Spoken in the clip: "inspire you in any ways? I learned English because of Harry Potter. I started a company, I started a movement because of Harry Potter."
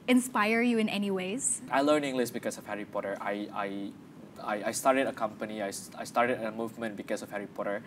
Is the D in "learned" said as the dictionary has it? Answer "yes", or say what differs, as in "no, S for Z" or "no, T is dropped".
no, D is dropped